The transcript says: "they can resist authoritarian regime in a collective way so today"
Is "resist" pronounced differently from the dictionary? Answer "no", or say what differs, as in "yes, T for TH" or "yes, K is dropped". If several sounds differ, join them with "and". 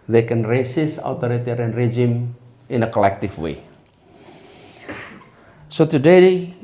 yes, S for Z and T is dropped